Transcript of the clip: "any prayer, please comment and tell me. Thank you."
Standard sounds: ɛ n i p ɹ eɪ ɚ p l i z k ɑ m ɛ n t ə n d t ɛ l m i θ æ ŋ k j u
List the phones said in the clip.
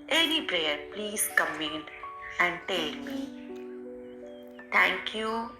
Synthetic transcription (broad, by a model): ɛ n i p ɹ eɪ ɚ p l i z k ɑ m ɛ n ə n d t ɛ l m i t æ ŋ k j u